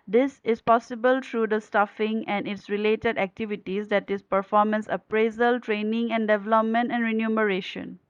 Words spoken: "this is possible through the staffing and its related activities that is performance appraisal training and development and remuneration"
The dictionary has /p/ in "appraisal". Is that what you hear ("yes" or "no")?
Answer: yes